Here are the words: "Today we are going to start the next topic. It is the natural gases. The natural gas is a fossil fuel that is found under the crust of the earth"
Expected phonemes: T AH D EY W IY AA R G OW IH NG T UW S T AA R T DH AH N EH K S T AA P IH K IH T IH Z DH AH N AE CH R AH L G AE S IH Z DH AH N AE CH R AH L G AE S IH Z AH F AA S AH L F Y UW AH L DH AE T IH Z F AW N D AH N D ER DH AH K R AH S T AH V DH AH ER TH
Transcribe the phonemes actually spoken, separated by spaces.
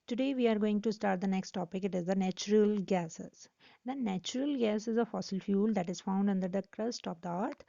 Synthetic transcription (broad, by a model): T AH D EY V IY AA R G OW IH NG T UW S T AA R T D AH N EH K S T AA P IH K IH T IH Z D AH N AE CH R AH L G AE S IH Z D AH N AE CH R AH L G AE S IH Z AH F AA S AH L F Y UW L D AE T IH Z F AW N D AH N D ER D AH K R AH S T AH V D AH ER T